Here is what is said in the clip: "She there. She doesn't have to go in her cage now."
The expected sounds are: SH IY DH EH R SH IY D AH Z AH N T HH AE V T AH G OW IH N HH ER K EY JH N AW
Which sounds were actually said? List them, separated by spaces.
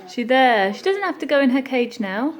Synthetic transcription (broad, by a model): SH IY DH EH SH IY D AH Z AH N T HH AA F T AH G OW IH N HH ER K EY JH N AW